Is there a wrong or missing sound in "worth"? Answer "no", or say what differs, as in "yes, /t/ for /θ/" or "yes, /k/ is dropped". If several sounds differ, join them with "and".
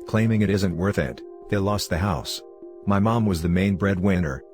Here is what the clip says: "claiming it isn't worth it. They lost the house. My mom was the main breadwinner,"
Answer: no